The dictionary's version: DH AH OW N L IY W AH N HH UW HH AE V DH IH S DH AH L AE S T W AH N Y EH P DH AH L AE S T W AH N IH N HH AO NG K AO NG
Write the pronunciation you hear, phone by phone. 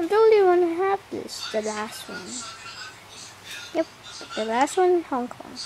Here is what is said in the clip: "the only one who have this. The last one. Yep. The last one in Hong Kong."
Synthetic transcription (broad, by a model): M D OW L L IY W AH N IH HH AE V DH IH S DH AH L AE S T W AH N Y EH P DH AH L AE S T W AH N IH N HH AO NG K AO NG